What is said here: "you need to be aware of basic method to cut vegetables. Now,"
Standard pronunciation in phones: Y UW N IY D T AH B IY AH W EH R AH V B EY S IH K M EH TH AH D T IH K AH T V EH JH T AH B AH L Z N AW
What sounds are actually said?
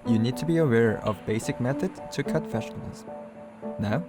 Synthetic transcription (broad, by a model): Y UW N IY D T AH B IY AH W EH R AH V B EY S IH K M EH TH AH D T IH K AH T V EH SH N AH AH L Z N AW